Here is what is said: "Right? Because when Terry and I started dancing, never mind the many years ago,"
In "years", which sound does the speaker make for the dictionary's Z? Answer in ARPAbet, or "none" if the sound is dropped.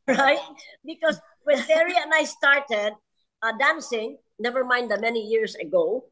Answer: S